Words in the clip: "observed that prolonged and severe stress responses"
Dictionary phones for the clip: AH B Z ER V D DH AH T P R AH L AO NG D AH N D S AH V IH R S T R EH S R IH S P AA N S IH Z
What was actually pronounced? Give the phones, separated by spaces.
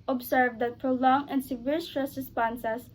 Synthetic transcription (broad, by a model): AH B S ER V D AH T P R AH L AO NG AH N D S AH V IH R S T R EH S R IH S P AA N S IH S